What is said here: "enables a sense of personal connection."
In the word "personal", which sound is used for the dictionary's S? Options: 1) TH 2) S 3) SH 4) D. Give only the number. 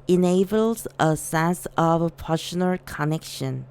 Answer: 3